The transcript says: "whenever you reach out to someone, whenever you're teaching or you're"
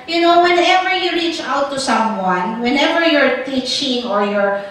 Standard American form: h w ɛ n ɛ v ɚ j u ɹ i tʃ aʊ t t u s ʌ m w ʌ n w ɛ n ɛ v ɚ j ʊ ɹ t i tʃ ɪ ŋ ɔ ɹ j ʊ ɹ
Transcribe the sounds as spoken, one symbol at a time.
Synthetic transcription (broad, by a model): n w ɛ n ɛ v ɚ j u ɹ i tʃ aʊ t t u s ʌ m w ʌ n w ɛ n ɛ v ɚ j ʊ ɹ t i tʃ ɪ ŋ ɔ ɹ j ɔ ɹ